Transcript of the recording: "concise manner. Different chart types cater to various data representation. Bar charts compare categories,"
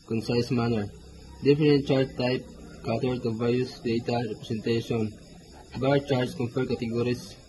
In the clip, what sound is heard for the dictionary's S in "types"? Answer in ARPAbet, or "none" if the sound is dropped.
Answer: none